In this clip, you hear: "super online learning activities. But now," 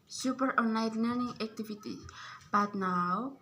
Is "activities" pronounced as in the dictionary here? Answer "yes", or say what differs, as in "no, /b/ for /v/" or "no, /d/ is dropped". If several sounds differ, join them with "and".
no, /z/ is dropped